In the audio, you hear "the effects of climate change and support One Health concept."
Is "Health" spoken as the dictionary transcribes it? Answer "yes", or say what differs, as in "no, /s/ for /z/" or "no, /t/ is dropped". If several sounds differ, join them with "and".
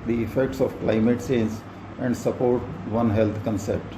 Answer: no, /t/ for /θ/